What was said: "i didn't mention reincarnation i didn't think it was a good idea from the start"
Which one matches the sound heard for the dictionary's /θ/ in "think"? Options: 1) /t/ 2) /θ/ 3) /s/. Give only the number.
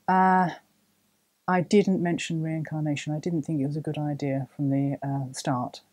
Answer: 2